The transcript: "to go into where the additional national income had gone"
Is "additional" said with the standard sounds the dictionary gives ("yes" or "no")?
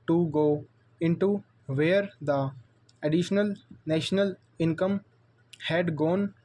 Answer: yes